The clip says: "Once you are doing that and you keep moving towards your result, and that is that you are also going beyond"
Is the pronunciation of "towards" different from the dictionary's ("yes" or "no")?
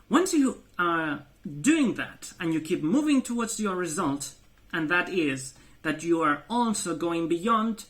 no